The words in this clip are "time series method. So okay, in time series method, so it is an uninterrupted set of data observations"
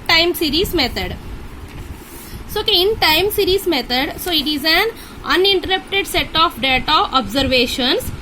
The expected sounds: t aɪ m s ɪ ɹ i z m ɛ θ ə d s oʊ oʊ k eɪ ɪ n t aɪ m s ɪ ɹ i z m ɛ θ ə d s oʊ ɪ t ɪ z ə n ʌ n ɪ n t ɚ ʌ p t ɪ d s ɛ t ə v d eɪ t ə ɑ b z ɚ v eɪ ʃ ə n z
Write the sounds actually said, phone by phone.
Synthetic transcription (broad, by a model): t aɪ m s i ɹ i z m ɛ t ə d s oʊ oʊ k eɪ ɪ n t aɪ m s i ɹ i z m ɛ t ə d s oʊ ɪ t ɪ z ə n ʌ n ɪ n t ɚ ʌ p t ɪ d s ɛ t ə f d eɪ t ə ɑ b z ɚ v eɪ ʃ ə n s